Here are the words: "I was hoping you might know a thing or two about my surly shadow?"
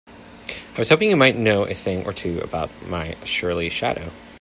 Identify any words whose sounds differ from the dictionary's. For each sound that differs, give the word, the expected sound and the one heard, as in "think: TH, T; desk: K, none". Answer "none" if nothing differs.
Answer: surly: S, SH